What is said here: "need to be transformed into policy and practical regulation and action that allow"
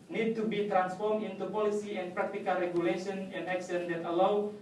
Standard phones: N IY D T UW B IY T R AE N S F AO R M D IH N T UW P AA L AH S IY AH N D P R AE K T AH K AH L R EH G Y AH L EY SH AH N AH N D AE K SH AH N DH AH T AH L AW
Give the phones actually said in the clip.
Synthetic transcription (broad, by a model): N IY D T UW B IY T R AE N S F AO R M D IH N T UW P AA L AH S IY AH N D P R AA K T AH K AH L R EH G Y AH L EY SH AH N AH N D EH K S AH N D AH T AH L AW